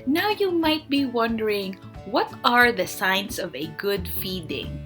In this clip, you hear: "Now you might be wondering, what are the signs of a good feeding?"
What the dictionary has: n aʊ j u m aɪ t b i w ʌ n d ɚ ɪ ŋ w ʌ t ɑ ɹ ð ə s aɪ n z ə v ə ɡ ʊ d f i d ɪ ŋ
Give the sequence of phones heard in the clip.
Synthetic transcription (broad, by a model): n aʊ j u m aɪ t b i w ʌ n d ɚ ɪ ŋ w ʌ t ɑ ɹ ð ə s aɪ n s ə v ə ɡ ʊ d f i d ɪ ŋ